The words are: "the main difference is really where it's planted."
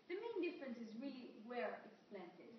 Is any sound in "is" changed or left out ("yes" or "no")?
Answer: no